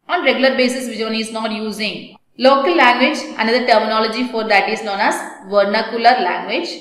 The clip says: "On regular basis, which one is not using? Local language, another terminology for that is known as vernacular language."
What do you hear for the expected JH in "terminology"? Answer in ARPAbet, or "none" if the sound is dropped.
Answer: JH